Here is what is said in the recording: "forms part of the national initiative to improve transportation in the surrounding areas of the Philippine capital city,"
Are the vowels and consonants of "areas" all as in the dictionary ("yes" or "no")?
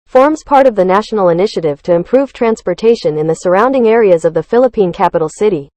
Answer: yes